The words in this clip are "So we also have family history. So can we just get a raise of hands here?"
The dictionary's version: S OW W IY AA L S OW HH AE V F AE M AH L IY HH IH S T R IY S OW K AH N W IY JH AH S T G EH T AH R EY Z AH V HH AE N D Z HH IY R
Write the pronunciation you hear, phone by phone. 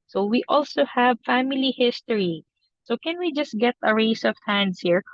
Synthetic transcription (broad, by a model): S OW W IY AA L S OW HH AE V F AE M AH L IY HH IH S T R IY S OW K AH N W IY JH AH S T G EH T AH R EY S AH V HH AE N D S HH IY R